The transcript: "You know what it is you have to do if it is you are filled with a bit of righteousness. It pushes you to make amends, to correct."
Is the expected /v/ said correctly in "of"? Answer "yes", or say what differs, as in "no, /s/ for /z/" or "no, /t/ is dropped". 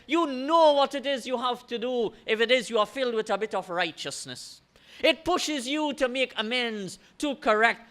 yes